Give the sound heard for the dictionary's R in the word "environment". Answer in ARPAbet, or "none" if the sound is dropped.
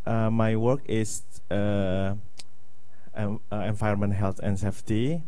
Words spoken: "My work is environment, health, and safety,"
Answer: none